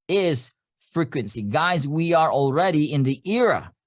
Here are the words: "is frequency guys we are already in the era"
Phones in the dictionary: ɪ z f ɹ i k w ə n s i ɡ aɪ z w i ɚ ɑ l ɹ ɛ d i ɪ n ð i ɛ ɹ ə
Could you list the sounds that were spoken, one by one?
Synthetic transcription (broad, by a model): ɪ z f ɹ i k w ə n s i ɡ aɪ z w i ɚ ɑ l ɹ ɛ d i ɪ n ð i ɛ ɹ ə